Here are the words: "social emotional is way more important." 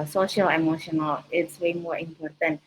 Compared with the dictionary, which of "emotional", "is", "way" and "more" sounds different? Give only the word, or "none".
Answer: is